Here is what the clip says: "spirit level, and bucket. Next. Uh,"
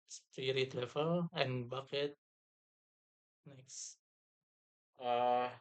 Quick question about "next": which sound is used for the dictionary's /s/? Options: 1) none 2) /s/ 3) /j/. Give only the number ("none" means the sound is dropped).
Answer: 2